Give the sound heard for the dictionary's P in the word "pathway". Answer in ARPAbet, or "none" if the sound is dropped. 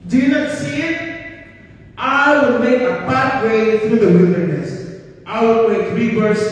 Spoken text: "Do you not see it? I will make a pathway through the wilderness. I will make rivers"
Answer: B